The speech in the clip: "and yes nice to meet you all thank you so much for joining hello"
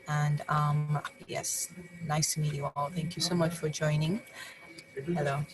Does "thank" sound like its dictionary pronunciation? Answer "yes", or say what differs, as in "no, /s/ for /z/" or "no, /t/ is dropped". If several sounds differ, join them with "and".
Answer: yes